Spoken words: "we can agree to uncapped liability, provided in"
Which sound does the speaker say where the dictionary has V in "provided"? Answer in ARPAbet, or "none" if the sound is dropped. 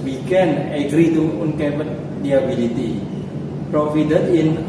F